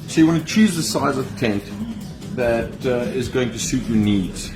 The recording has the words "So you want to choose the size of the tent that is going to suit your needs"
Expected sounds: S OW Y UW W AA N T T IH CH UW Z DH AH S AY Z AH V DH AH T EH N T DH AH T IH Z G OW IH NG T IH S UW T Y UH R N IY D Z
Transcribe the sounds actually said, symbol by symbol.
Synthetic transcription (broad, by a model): S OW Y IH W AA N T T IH CH UW Z DH AH S AY Z AH V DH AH T EH N T DH AH T IH Z G OW IH NG T IH S UW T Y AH R N IY D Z